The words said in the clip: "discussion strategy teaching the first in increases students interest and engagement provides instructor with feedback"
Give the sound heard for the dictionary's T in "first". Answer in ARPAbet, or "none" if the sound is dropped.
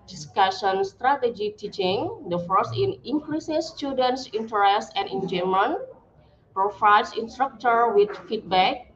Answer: none